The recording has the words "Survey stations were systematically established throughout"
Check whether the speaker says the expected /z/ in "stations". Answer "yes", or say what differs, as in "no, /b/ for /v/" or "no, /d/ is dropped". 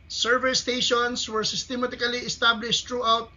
no, /s/ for /z/